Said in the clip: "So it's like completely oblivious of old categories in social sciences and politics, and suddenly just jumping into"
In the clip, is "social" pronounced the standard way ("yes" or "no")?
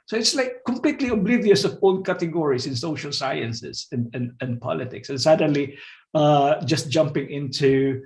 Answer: yes